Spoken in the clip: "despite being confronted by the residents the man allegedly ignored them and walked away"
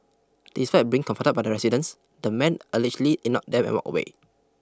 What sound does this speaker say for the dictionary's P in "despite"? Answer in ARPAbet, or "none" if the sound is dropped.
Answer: F